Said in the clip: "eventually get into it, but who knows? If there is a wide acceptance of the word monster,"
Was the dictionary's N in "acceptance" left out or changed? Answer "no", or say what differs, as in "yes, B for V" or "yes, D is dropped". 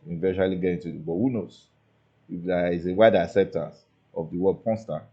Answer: no